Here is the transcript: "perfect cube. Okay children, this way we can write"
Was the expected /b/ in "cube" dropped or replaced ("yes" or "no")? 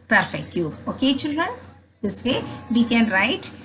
yes